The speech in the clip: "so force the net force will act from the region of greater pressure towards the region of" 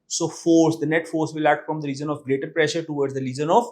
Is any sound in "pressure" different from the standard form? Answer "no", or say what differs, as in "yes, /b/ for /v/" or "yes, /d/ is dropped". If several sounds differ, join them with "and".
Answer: no